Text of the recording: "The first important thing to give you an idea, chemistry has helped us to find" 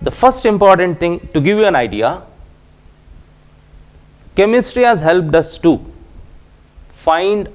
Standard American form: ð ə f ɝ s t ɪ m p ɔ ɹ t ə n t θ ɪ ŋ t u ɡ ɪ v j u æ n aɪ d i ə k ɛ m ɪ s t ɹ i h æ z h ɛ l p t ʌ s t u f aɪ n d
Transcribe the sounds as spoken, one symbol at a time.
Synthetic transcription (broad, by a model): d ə f ɝ s t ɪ m p ɔ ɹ t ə n t t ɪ ŋ t u ɡ ɪ v j u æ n aɪ d i ə k ɛ m ɪ s t ɹ i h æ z h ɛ l p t ʌ s t u f aɪ n d